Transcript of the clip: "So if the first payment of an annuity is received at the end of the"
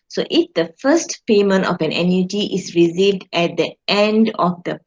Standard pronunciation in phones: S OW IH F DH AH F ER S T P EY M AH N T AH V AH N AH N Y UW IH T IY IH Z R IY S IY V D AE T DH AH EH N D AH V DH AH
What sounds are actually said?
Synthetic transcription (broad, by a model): S OW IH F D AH F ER S T P EY M AH N T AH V AH N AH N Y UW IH T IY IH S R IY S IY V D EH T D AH EH N D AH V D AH